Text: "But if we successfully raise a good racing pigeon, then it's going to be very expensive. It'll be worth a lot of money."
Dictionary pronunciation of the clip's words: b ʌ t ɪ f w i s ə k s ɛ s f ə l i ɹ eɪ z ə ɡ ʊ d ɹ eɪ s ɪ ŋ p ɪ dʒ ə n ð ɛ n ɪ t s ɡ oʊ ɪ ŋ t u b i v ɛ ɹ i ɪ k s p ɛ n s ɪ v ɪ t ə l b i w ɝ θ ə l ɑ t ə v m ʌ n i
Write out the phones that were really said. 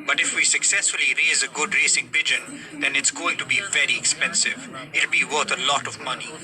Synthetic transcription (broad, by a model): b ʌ t ɪ f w i s ə k s ɛ s f ə l i ɹ eɪ z ə ɡ ʊ d ɹ eɪ s ɪ ŋ p ɪ dʒ ə n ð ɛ n ɪ t s ɡ oʊ ɪ ŋ t u b i v ɛ ɹ i ɪ k s p ɛ n s ɪ v ɪ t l b i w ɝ t ə l ɑ t ə v m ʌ n i